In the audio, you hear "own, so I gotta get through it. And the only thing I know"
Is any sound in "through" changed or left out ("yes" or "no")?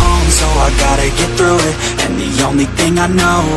no